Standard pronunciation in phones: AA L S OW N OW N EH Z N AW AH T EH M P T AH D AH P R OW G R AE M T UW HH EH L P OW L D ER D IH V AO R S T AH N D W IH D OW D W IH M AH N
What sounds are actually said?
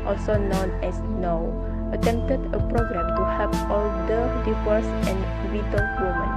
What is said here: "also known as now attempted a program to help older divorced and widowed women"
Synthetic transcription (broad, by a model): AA L S OW N OW N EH S N AW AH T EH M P T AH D AH P R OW G R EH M T UW HH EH P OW L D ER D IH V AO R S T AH N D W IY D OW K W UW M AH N